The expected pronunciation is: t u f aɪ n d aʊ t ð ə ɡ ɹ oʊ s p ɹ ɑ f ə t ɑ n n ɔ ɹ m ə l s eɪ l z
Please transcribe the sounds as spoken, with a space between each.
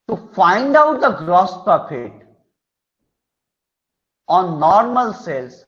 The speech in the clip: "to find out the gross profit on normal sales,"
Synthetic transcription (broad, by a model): t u f aɪ n d aʊ t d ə ɡ ɹ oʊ s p ɑ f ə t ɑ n n ɔ ɹ m ə l s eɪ l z